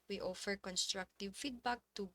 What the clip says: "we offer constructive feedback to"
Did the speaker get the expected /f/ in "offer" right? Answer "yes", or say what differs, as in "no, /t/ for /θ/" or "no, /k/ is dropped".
yes